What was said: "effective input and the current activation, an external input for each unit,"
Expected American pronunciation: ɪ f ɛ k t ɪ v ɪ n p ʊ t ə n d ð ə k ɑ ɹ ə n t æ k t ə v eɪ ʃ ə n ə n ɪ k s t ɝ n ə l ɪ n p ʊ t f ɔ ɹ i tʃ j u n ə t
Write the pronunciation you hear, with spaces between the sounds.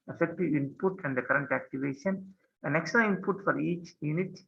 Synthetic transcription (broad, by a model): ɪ f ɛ k t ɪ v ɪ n p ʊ t ə n d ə k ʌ ɹ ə n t æ k t ə v eɪ ʃ ə n ə n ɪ k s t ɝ ə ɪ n p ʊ t f ɔ ɹ i tʃ j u n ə t